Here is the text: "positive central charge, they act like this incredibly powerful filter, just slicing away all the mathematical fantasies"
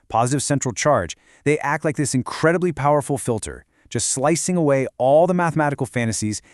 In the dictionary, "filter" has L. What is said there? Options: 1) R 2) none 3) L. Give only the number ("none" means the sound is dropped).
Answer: 3